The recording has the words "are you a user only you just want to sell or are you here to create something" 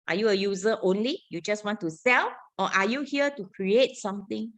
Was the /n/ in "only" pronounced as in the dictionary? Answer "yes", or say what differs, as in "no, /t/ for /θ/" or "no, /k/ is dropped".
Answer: yes